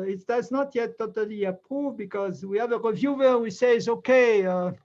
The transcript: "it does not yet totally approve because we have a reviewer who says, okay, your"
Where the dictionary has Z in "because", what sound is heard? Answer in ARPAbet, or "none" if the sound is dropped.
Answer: Z